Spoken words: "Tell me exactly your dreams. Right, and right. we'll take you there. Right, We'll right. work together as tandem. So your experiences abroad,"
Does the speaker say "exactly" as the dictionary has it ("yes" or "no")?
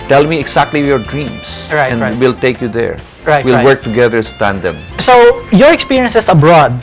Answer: no